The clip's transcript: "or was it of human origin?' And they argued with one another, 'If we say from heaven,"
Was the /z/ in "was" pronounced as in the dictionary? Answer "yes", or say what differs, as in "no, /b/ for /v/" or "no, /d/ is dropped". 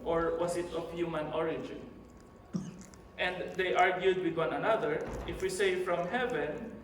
no, /s/ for /z/